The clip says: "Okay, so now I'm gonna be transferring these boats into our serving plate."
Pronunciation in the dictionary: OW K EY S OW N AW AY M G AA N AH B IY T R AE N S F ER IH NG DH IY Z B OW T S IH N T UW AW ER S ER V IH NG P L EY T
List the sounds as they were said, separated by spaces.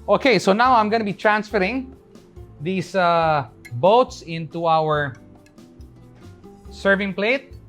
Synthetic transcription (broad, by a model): OW K EY S OW N AW AY M G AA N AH B IY T R AE N S F ER IH NG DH IY S B OW T S IH N T UW AW ER S ER V IH NG P L EY T